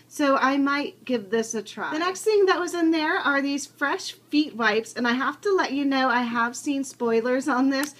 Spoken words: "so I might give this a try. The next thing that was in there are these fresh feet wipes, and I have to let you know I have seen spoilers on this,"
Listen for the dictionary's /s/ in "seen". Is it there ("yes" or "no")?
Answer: yes